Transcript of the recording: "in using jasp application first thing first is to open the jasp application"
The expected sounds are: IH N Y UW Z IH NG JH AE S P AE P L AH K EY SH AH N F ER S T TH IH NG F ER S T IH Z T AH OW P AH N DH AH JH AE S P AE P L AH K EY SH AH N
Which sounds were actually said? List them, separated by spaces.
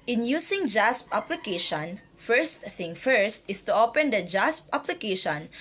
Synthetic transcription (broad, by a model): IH N Y UW S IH NG JH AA S P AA P L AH K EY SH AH N F ER S T TH IH NG F ER S T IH S T AH OW P AH N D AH JH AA S P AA P L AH K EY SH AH N